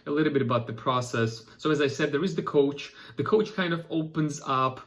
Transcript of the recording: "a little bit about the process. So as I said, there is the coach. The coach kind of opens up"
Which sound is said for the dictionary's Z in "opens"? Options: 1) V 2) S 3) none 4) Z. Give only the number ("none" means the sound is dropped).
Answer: 4